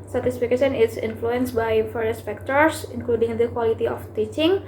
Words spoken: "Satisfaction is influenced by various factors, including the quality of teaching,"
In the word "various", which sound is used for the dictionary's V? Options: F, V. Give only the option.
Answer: F